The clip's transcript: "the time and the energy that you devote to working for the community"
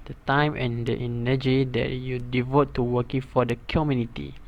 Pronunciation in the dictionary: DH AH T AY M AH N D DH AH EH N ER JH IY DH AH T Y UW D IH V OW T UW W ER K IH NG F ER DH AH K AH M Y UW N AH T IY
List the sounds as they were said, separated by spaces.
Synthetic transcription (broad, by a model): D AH T AY M AH N D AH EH N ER JH IY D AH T Y UW D IH V OW T UW W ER K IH NG F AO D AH K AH M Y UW N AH T IY